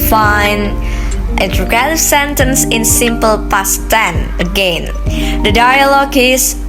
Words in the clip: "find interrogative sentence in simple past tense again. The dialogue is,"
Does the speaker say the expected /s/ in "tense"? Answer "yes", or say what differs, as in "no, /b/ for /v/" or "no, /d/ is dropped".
no, /s/ is dropped